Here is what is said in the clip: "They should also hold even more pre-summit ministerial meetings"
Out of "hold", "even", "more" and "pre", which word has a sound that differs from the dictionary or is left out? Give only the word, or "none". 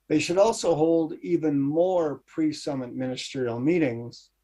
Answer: none